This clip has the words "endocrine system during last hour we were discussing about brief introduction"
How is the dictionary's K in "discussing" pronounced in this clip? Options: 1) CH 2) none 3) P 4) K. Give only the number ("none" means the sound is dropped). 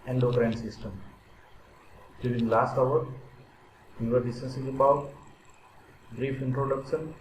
2